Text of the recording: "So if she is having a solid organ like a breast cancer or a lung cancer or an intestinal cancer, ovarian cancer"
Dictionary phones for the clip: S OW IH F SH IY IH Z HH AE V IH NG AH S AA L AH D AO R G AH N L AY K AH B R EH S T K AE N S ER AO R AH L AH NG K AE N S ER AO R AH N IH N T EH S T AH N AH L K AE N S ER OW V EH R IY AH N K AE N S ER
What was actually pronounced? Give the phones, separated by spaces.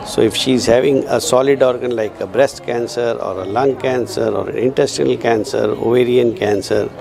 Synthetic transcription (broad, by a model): S OW IH F SH IY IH Z HH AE V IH NG AH S AA L AH D AO R G AH N L AY K AH B R EH S T K AE N S ER AO R AH L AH NG K AE N S ER AO R AH N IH N T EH S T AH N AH L K AE N S ER OW V EH R IY AH N K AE N S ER